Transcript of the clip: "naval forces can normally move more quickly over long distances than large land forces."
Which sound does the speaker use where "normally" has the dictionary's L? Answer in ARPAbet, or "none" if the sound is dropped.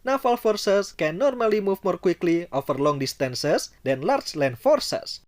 L